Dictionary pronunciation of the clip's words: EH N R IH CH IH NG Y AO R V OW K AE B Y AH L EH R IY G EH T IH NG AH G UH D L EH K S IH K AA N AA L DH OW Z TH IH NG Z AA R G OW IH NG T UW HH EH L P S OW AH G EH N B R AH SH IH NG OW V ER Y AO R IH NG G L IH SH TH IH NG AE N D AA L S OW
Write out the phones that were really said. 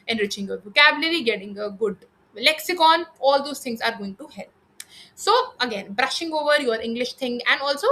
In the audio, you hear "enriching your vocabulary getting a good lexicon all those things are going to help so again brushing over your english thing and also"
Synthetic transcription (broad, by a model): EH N R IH CH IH NG Y AO R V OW K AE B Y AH L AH R IY G EH T IH NG AH G UH D L EH K S IH K AA N AA L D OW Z T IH NG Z AA R G OW IH NG T UW HH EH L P S OW AH G EH N B R AH SH IH NG OW V ER Y AO R IH NG G L IH SH T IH NG AE N D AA L S OW